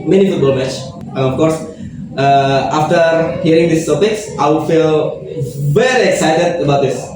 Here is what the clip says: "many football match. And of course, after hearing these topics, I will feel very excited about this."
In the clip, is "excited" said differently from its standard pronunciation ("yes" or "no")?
no